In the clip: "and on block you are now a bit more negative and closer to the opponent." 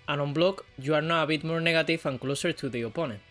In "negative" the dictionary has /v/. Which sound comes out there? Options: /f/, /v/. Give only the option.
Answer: /f/